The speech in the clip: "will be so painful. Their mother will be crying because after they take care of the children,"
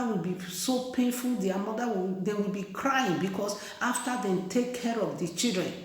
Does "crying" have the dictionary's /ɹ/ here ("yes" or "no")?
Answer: yes